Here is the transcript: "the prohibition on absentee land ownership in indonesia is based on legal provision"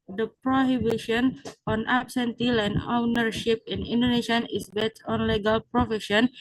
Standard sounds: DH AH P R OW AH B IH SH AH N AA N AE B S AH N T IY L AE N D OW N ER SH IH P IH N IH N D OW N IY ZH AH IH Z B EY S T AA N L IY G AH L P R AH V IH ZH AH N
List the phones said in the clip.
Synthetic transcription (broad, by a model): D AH P R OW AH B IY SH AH N AA N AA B S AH N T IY L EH N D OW N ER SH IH P IH N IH N D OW N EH SH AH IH S B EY T AA N L IY G AH L P R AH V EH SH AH N